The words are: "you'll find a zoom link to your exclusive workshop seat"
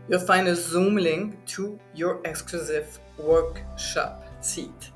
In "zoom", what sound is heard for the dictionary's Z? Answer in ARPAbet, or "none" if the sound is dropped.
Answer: Z